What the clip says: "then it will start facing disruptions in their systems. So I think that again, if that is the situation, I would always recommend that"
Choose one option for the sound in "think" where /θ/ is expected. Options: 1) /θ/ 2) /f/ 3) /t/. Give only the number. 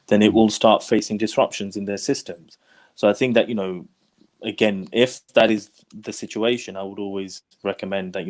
1